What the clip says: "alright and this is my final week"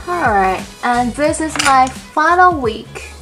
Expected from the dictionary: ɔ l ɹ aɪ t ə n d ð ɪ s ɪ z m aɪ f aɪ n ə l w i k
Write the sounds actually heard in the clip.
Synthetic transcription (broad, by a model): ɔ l ɹ aɪ t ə n ð ɪ s ɪ z m aɪ f aɪ n l w i k